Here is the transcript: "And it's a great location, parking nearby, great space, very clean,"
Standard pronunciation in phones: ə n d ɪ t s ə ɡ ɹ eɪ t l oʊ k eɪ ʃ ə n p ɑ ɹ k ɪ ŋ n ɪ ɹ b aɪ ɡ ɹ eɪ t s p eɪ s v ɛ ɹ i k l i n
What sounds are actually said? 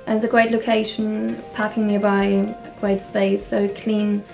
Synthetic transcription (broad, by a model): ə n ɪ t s ə ɡ ɹ eɪ t l oʊ k eɪ ʃ ə n p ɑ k ɪ ŋ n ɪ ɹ b aɪ ɡ ɹ eɪ t s p eɪ s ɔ i k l i n